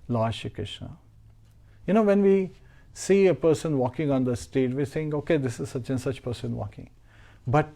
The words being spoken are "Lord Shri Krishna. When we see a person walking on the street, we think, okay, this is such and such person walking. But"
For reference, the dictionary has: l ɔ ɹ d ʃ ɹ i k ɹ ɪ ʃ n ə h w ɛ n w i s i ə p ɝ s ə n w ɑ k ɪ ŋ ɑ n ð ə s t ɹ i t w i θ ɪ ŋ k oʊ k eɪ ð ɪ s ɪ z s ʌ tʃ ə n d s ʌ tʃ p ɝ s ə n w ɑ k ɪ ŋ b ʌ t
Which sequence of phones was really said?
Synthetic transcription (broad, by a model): l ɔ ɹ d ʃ i k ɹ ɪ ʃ n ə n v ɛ n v i s i ə p ɝ s ə n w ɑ k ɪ ŋ ɑ n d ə s t ɛ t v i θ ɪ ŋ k oʊ k eɪ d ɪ s ɪ z s ʌ tʃ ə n s ʌ tʃ p ɝ s ə n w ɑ k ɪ ŋ b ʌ t